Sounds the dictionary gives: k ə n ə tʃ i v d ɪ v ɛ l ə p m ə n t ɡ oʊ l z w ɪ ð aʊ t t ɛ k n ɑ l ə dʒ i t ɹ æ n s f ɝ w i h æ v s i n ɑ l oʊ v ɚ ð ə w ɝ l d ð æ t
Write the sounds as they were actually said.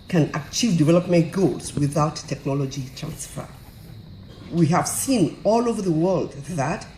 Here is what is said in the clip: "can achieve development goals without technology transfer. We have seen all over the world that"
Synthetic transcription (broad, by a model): k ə n ə tʃ i v d ɪ v ɛ l ə p m ə n t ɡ oʊ l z w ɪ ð aʊ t t ɛ k n ɑ l ə dʒ i t ɹ æ n s f ɝ w i h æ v s i n ɑ l oʊ v ɚ ð ə w ɝ l d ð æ t